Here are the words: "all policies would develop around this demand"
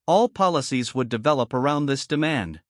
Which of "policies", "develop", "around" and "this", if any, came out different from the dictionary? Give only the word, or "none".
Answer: none